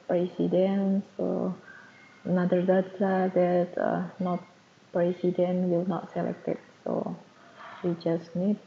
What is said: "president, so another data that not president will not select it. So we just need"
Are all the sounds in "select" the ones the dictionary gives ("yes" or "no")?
yes